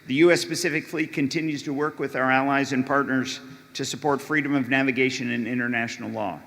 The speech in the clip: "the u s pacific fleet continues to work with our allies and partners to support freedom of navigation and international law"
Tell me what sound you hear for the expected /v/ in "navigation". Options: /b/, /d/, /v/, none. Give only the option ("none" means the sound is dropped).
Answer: /v/